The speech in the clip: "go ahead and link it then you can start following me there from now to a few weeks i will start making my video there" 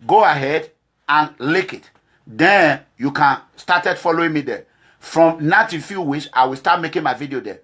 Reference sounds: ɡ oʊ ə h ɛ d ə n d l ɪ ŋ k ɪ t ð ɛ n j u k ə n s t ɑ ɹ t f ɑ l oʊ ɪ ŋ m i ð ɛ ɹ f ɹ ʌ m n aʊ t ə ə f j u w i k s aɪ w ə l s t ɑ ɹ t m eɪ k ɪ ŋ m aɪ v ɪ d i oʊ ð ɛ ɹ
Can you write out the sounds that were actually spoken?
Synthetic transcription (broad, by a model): ɡ oʊ ə h ɛ d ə n l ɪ k ɪ t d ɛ n j u k ə n s t ɑ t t f ɑ l oʊ ɪ ŋ m i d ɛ f ɹ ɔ m n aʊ t ə f j u w i k s aɪ w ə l s t ɑ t m eɪ k ɪ ŋ m aɪ v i d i oʊ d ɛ